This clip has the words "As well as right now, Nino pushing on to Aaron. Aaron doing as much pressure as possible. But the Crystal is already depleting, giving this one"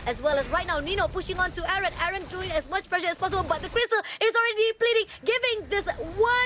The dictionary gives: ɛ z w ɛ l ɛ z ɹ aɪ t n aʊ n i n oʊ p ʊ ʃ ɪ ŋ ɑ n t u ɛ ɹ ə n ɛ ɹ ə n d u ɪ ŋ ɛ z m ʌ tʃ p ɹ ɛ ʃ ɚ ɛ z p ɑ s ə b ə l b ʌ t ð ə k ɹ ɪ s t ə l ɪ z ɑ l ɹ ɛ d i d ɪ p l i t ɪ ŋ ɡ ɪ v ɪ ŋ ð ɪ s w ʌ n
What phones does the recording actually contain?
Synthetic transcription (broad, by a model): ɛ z w ɛ l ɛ s ɹ aɪ t n aʊ n i n oʊ p ʊ ʃ ɪ ŋ ɑ n t u ɛ ɹ ə n ɛ ɹ ə n d u ɪ ŋ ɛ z m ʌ tʃ p l ɛ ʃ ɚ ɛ s p ɑ s ə b ə l b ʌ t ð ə k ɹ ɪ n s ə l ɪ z ɑ l ɹ ɛ d i p l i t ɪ ŋ ɡ ɪ v ɪ ŋ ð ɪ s w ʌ